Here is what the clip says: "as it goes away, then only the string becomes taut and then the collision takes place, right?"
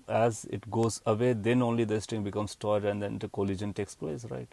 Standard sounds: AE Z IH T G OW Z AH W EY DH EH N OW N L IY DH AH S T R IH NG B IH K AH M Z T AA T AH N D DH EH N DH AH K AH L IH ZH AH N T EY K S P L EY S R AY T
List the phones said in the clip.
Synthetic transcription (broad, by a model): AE Z IH T G OW Z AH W EY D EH N OW N L IY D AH S T IH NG B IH K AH M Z T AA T AH N D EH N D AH K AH L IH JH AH N T EY K S P L EY S R AY T